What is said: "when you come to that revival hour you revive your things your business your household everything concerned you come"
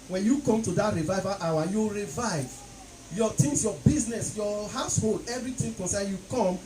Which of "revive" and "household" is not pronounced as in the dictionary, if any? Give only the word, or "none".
none